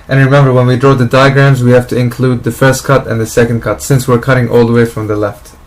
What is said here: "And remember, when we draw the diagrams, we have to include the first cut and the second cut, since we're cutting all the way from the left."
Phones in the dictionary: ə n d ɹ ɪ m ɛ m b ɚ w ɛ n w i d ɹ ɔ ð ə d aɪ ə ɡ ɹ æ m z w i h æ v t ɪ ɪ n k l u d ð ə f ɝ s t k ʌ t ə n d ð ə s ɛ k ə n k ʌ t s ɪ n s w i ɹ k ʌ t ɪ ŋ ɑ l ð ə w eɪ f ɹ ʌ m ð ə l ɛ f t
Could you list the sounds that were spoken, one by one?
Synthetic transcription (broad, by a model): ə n ɹ ɪ m ɛ m b ɚ w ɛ n w i d ɹ ɔ ð ə d aɪ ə ɡ ɹ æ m z w i h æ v t ɪ ɪ n k l u d ð ə f ɝ s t k ʌ t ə n ð ə s ɛ k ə n k ʌ t s ɪ n s w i ɹ k ʌ t ɪ ŋ ɑ l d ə w eɪ f ɹ ʌ m ð ə l ɛ f t